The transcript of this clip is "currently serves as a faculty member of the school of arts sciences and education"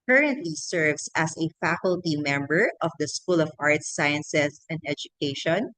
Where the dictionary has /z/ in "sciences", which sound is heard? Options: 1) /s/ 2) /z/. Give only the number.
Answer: 1